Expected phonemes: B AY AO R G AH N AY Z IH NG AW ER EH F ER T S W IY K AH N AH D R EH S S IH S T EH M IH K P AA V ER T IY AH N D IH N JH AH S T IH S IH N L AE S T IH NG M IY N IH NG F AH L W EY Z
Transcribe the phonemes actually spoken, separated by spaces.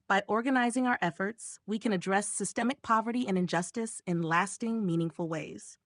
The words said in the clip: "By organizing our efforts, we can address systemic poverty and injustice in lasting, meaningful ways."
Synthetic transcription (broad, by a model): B AY AO R G AH N AY Z IH NG AW ER EH F ER T S W IY K AH N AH D R EH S S IH S T EH M IH K P AA V ER T IY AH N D IH N JH AH S T IH S IH N L AE S T IH NG M IY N IH NG F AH L W EY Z